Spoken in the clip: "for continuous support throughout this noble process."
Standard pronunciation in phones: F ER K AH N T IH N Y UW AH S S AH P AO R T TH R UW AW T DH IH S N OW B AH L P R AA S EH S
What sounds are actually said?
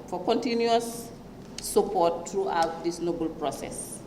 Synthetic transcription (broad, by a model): F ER K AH N T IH N Y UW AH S S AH P AO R T R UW AW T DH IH S N OW B AH L P R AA S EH S